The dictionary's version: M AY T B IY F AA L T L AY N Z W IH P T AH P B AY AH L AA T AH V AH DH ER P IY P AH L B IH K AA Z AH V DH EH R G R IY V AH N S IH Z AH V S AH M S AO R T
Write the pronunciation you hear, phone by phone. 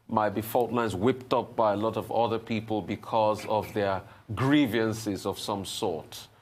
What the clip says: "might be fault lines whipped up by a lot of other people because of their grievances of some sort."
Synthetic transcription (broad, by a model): M AY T B IY F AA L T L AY N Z W IH P T AH P B AY AH L AA T AH V AH DH ER P IY P AH L B IH K AA Z AH V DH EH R G R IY V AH N S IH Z AH V S AH M S AO R T